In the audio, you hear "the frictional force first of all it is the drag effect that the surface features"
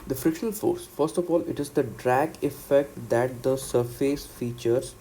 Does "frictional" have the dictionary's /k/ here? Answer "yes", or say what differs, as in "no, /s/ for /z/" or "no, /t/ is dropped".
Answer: no, /k/ is dropped